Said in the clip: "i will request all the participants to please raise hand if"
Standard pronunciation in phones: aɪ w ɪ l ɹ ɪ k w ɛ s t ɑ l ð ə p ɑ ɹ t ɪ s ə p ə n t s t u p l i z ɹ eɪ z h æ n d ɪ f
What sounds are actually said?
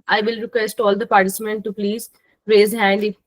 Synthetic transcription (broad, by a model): aɪ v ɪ l ɹ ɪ k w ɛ s t ɑ l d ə p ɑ ɹ t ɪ s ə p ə n t t u p l i z ɹ eɪ z h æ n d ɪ